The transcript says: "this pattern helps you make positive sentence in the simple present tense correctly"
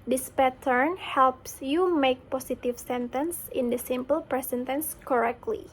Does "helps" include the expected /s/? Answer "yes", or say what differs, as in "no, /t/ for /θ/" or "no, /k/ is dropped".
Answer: yes